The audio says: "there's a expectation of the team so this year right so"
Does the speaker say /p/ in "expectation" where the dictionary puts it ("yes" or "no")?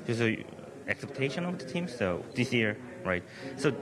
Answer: no